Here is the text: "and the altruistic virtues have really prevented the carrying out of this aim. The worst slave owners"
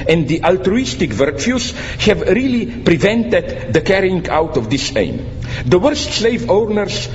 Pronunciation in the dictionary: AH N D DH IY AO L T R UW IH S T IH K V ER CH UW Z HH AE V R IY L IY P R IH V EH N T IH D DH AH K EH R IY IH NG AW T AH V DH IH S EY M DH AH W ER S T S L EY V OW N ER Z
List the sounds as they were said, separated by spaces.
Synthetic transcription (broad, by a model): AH N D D IY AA L T R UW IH S T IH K V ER CH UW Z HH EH V R IY L IY P R IH V EH N T IH D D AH K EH R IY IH NG AW T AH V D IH S EY M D AH W ER S T S L EY V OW N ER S